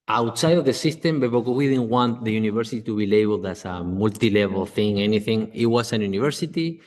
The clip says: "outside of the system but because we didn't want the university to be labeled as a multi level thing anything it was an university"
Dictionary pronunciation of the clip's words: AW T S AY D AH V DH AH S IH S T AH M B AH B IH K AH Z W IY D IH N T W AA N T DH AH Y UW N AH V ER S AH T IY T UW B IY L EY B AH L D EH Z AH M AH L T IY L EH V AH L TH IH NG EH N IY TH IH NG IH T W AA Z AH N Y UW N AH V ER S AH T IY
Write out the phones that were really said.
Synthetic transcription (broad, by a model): AW T S AY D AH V DH AH S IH S T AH M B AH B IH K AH W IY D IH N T W AA N T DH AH Y UW N AH V ER S AH T IY T UW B IY L EY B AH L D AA S AH M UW L T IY L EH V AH L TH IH NG EH N IY TH IH NG IH T W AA S AH N Y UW N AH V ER S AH T IY